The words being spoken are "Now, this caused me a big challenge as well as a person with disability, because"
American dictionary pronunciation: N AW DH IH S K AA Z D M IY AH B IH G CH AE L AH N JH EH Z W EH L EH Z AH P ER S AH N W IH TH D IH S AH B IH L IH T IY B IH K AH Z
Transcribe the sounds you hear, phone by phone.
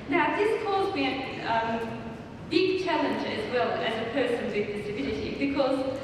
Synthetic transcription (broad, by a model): N AW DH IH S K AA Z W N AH B IH G CH AE L AH N JH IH Z W EH L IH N AH P ER S AH N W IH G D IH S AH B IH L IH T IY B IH K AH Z